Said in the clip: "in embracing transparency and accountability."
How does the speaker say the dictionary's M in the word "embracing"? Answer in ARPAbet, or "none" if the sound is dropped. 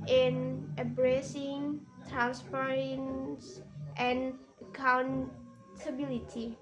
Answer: none